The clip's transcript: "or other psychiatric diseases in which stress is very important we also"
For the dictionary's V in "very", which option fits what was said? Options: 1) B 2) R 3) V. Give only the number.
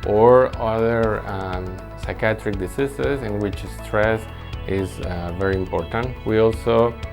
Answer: 3